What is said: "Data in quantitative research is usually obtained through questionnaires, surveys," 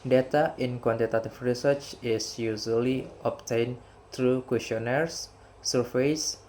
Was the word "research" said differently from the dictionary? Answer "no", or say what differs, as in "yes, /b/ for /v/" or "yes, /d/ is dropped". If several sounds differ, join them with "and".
no